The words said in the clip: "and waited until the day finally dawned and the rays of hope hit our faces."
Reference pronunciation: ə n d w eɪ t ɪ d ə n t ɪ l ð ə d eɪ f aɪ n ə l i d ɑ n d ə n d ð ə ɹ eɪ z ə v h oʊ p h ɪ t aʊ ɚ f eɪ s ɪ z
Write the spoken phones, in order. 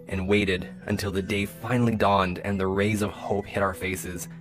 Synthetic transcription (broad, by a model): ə n w eɪ t ɪ d ə n t ɪ l ð ə d eɪ f aɪ n l i d ɑ n d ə n ð ə ɹ eɪ z ə v h oʊ p h ɪ t aʊ ɚ f eɪ s ɪ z